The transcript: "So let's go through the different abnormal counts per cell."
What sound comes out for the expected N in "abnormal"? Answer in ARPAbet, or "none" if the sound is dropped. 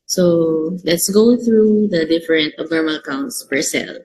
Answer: none